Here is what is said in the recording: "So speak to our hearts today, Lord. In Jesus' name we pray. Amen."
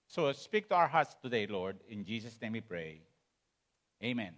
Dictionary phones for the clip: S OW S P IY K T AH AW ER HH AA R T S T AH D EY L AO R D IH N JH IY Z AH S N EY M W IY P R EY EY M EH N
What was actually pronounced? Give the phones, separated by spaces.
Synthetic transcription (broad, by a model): S OW S P IY K T AH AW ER HH AA R T S T AH D EY L AO R D IH N JH IY S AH S N EY M W IY P R EY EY M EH N